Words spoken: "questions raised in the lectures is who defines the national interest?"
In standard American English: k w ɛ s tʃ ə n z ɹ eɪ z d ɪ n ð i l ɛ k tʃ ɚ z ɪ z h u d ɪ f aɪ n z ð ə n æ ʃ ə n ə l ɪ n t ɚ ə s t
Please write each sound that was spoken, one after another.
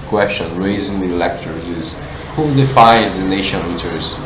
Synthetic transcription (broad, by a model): k w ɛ s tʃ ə n ɹ eɪ z ɪ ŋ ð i l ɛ k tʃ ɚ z ɪ z h u d ɪ f aɪ n z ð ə n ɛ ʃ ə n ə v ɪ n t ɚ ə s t